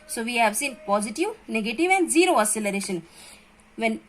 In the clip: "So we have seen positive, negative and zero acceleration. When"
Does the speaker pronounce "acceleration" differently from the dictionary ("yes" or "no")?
yes